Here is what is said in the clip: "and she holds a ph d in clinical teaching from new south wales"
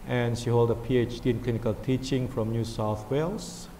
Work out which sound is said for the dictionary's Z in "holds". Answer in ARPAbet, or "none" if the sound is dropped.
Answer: none